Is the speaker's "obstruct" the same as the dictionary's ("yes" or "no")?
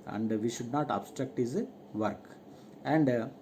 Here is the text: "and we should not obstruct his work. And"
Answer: yes